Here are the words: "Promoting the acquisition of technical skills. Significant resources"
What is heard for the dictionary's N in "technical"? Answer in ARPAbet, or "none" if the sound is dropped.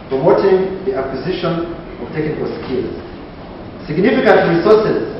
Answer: none